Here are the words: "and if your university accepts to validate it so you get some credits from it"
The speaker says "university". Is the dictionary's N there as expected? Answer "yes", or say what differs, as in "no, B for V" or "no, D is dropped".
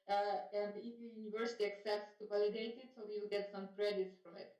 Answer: yes